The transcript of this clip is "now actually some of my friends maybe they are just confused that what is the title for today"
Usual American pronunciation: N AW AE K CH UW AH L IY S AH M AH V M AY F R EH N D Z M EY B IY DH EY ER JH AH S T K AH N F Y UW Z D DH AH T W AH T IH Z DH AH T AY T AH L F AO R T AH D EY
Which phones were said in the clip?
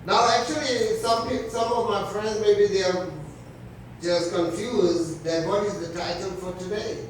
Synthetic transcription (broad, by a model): N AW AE K CH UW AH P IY S AH M AH V M AY F R EH N D Z M EY B IY DH EY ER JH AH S K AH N F Y UW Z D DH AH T W AH T IH Z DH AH T AY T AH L F AO R T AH D EY